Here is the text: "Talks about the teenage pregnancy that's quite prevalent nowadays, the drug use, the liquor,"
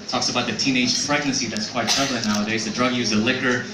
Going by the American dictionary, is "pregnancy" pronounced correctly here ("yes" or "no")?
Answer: no